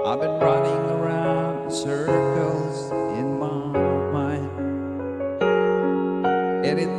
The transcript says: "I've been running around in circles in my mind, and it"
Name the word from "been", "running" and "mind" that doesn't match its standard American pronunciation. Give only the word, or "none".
mind